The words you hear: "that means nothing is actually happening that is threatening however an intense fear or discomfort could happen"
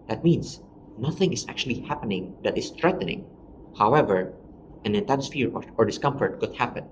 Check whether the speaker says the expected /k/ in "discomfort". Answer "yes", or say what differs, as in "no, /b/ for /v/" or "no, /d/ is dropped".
yes